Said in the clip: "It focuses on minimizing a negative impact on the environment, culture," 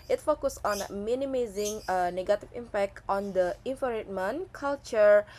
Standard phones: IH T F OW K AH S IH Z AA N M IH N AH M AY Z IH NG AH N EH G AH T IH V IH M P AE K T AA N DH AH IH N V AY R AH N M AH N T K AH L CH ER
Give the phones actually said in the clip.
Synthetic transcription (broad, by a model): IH T F OW K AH S AA N M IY N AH M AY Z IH NG AH N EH G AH T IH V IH M P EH K T AA N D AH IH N F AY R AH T M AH N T K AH L CH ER